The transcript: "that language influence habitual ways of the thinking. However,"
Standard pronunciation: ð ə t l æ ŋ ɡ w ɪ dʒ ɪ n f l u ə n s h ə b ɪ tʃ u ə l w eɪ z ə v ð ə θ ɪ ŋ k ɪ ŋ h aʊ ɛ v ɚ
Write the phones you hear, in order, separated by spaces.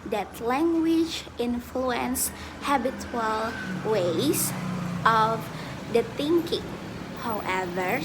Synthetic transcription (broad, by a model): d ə t l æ ŋ ɡ w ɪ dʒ ɪ n f l u ə n s h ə b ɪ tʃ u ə l w eɪ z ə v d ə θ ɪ ŋ k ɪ ŋ h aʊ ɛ v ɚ